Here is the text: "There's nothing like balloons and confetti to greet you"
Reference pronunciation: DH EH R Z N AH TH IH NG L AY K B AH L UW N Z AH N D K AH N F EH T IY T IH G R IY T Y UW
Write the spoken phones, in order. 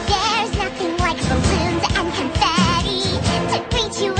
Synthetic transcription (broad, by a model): DH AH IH Z N AH TH IH NG L AY K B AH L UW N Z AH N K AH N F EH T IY T IH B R IY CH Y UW